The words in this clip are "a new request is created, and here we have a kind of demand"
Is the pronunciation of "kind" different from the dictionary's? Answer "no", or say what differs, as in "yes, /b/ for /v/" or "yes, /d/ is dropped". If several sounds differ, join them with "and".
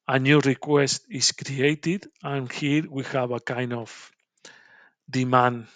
yes, /d/ is dropped